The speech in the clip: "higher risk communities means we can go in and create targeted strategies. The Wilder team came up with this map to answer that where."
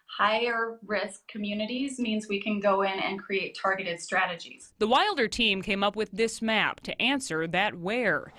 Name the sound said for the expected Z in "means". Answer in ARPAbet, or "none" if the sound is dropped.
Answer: Z